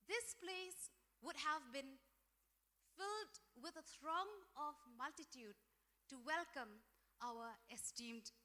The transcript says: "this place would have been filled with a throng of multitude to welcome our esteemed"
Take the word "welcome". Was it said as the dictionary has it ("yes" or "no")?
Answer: yes